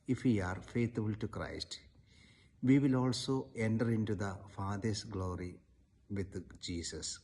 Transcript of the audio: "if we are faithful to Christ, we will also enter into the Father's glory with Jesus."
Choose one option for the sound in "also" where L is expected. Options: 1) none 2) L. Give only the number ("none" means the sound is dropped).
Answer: 2